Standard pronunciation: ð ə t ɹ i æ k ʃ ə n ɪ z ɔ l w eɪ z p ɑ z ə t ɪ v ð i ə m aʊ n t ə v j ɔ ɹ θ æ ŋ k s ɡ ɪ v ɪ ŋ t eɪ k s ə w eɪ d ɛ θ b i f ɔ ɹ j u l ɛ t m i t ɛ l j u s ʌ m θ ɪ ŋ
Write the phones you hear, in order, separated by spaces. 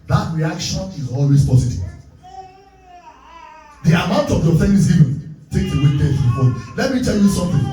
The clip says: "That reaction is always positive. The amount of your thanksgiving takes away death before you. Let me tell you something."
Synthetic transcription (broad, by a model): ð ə t ɹ i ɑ k ʃ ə n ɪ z ɔ l w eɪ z p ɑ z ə t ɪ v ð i ə m aʊ n t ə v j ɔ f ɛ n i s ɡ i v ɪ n t eɪ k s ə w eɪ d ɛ s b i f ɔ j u l ɛ t m i t ɛ l j u s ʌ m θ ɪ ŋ